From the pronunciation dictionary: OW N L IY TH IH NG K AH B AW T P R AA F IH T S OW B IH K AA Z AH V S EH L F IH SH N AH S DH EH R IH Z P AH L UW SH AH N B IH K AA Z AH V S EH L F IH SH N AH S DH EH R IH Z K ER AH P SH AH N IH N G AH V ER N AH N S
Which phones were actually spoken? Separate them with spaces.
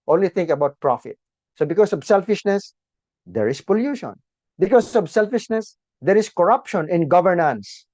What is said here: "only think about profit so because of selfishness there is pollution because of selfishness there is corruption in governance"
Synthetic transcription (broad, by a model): OW N L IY T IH NG K AH B AW T P R AA F IH T S OW B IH K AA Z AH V S EH L F IH SH N AH S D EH R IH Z P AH L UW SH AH N B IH K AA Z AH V S EH L F IH SH N AH S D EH R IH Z K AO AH P SH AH N IH N G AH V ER N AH N S